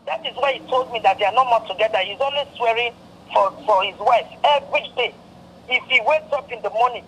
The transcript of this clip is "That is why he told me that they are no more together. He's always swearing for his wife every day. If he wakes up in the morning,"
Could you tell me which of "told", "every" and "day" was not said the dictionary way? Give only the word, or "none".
none